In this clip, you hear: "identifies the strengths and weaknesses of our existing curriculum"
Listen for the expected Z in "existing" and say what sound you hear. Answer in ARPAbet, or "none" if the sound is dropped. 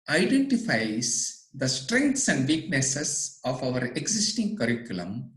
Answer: S